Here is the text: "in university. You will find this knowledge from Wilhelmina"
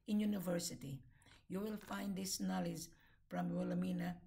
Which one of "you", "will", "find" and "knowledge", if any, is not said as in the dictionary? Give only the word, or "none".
knowledge